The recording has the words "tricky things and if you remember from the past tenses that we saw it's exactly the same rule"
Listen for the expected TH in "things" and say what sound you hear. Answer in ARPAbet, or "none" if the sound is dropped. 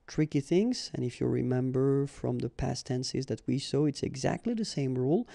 TH